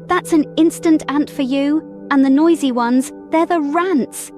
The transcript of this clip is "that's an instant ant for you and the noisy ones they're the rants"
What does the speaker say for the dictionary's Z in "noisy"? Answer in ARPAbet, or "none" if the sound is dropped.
Z